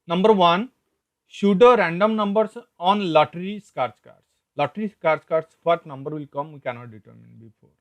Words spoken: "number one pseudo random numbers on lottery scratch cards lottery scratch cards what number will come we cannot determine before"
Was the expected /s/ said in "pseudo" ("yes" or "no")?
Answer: no